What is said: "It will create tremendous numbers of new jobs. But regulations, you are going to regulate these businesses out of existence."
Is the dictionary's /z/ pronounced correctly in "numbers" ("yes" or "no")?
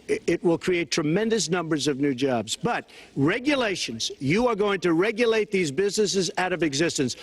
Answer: yes